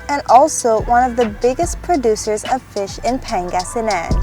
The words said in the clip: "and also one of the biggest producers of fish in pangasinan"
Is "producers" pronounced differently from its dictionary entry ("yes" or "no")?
no